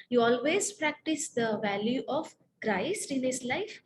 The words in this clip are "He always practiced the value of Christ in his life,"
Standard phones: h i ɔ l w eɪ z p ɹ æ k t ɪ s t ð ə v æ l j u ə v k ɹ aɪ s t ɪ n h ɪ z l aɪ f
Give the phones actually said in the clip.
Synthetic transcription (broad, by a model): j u ɔ l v eɪ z p ɹ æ k t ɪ s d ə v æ l j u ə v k ɹ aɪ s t ɪ n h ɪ s l aɪ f